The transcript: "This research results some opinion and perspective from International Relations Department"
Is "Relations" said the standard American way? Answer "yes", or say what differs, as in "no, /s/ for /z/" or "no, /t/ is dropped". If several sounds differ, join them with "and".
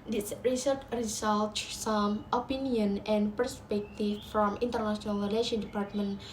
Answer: no, /z/ is dropped